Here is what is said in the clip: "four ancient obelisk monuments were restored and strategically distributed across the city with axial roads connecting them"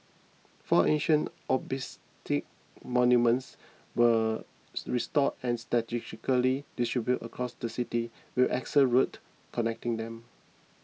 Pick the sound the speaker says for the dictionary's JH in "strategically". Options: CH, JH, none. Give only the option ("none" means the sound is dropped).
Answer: none